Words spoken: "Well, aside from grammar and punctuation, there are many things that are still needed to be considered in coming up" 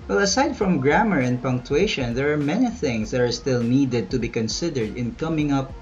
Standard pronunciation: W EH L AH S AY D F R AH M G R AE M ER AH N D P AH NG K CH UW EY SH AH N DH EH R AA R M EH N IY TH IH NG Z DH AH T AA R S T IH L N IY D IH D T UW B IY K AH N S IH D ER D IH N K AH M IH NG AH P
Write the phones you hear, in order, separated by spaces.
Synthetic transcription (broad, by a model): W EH L AH S AY D F R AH M G R AE M ER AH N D P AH NG K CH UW EY SH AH N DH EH R AA R M EH N IY TH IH NG S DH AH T AA R S T IH L N IY D IH D T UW B IY K AH N S IH D ER D IH N K AH M IH NG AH P